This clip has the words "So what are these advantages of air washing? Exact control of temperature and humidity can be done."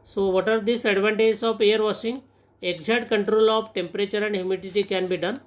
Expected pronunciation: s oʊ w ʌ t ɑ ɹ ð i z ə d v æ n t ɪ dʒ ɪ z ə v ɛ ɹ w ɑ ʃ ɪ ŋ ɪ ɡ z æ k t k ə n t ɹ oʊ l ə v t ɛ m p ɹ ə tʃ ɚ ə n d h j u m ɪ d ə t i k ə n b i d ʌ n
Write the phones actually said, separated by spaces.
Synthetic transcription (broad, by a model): s oʊ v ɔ t ɑ ɹ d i s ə d v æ n t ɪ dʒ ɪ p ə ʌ ɹ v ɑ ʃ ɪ ŋ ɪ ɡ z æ t k ə n t ɹ oʊ l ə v t ɛ m p ɹ ə tʃ ɚ ə n d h j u m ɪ d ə t i k ə n b i d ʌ n